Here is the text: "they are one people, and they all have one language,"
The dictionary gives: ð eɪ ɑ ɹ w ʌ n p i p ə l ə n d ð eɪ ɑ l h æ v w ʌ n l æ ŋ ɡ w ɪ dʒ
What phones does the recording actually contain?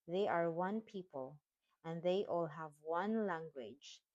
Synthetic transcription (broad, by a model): ð eɪ ɑ ɹ w ʌ n p i p ə l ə n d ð eɪ ɑ l h æ v w ʌ n l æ ŋ ɡ w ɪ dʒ